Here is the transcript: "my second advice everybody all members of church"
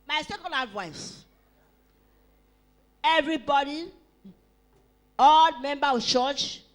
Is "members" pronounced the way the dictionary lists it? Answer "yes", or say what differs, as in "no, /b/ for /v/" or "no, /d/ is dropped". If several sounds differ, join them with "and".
no, /z/ is dropped